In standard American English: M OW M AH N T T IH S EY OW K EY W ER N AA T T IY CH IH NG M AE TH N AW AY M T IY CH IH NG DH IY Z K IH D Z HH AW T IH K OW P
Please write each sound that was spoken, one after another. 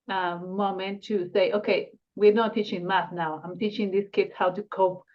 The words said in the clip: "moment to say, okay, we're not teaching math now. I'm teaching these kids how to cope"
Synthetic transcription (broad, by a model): M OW M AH N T T IH S EY OW K EY W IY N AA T T IY CH IH NG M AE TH N AW AY M T IY CH IH NG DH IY S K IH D S HH AW T IH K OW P